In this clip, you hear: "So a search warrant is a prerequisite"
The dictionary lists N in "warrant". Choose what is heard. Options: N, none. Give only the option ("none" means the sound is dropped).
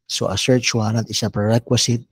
none